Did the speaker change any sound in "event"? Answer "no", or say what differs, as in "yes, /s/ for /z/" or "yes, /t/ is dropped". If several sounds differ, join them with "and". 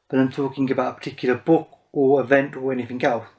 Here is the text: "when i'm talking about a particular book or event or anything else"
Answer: no